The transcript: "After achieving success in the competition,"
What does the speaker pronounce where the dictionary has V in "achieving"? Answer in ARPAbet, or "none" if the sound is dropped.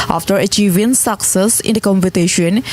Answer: V